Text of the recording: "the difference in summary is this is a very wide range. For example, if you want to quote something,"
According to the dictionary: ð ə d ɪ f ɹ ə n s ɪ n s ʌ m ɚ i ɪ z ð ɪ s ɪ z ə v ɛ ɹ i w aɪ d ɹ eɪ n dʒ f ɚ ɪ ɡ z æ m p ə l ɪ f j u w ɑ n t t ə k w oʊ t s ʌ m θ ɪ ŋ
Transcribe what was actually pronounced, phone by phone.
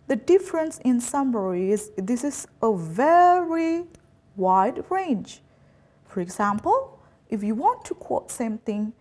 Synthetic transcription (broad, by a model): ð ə d ɪ f ɹ ə n s ɪ n s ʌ m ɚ i ɪ z ð ɪ s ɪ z ə v ɛ ɹ i w aɪ d ɹ eɪ n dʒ f ɚ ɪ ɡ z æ m p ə l ɪ f j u w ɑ n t t ə k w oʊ t s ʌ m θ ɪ ŋ